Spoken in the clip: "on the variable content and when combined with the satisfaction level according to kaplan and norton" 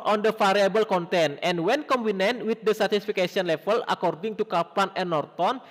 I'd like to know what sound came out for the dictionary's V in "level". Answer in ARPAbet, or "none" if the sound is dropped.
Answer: F